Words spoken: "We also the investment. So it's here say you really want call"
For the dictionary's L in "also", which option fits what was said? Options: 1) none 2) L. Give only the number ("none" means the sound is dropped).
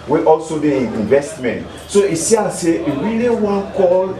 2